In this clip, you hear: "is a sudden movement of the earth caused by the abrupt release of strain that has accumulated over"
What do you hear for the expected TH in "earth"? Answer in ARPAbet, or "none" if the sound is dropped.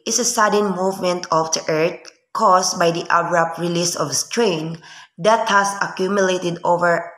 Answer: T